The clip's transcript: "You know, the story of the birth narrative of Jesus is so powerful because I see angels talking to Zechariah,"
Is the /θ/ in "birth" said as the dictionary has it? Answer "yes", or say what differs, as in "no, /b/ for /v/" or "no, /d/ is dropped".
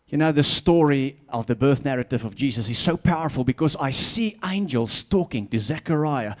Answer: yes